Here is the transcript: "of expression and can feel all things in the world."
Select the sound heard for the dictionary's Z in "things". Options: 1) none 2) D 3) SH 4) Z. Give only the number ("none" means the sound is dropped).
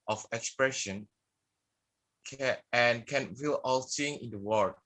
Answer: 1